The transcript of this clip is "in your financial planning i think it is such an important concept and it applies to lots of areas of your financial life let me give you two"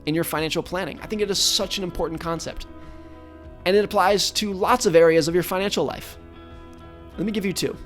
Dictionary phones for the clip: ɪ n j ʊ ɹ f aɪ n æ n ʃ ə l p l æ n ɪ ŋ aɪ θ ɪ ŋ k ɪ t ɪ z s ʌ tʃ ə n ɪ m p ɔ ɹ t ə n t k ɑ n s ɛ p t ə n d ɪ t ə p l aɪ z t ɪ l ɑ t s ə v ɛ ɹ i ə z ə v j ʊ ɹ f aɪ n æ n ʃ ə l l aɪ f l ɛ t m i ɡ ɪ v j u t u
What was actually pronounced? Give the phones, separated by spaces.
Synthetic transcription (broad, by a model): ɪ n j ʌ ɹ f aɪ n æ n ʃ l p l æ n ɪ ŋ aɪ θ ɪ ŋ k ɪ t ɪ z s ʌ tʃ ə n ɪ m p ɔ ɹ t n k ɑ n s ɛ p t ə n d ɪ t ə p l aɪ z t ɪ l ɑ t s ə v ɛ ɹ i ə z ə v j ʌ ɹ f aɪ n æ n ʃ l l aɪ f l ɛ t m i ɡ ɪ v j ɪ t u